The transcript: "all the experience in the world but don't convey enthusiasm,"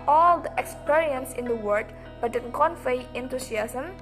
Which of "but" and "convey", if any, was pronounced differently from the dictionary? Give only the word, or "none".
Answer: convey